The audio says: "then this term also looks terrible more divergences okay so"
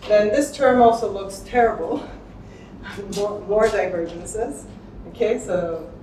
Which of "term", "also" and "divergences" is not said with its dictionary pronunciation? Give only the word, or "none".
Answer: none